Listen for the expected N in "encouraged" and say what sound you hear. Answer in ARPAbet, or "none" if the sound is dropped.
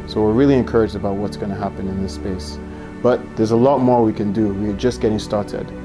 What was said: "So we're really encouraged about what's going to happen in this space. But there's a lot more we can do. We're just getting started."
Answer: N